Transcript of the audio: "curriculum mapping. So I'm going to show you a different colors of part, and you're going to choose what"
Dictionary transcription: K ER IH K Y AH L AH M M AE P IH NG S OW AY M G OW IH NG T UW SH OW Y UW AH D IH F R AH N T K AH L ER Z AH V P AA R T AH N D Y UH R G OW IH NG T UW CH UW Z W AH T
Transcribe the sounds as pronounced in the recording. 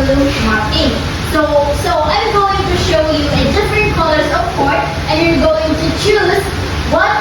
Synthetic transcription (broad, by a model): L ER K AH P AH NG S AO IH S OW AY M G OW IH NG T UW SH OW Y UW AH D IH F R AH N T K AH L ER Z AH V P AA R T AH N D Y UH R G OW IH NG T UW CH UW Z W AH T